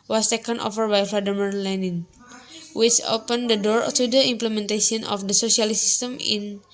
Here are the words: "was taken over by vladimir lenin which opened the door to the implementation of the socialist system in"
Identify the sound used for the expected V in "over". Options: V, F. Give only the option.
F